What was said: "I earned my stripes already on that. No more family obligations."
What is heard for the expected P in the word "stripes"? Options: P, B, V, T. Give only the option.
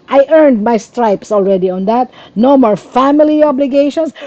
P